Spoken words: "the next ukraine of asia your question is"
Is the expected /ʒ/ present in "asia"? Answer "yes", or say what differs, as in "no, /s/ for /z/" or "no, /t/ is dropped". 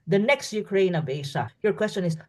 no, /s/ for /ʒ/